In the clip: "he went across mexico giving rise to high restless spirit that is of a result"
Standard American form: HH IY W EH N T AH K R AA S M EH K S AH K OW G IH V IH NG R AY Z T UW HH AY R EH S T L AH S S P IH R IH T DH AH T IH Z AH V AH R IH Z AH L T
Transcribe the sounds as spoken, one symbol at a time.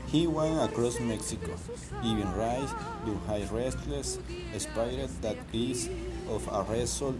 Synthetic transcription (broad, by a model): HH IY W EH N AH K R AA S M EH K S AH K OW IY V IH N R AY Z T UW HH AY R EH S T L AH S S P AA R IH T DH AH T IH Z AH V AH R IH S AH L